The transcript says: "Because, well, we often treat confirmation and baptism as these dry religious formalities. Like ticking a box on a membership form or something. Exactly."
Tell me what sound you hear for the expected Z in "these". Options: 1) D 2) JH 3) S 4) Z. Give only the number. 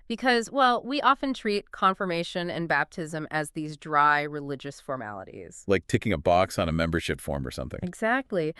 4